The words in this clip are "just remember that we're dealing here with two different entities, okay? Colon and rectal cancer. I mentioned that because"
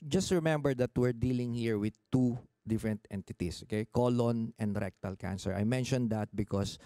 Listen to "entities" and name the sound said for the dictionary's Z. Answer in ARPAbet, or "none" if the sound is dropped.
S